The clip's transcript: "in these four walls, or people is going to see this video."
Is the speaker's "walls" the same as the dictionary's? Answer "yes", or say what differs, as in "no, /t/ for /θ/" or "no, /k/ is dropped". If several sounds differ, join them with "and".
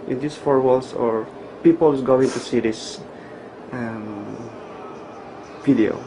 no, /s/ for /z/